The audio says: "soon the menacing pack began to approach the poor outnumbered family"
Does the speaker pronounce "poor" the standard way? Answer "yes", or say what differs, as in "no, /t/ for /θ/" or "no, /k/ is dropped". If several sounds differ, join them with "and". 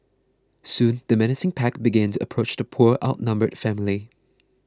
yes